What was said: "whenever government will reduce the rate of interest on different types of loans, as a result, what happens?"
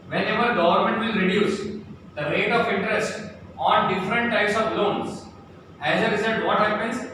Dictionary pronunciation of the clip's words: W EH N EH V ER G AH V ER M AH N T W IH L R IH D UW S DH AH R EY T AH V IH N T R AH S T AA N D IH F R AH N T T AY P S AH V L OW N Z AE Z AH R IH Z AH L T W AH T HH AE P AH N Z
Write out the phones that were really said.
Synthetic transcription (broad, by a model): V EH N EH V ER G AH V ER M AH N T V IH L R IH D UW S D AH R EY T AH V IH N T R AH S T AA N D IH F R AH N T T AY P S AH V L OW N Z AE Z AH R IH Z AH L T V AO T HH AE P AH N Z